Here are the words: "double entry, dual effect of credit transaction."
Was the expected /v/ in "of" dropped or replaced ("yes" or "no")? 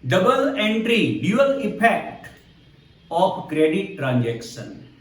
yes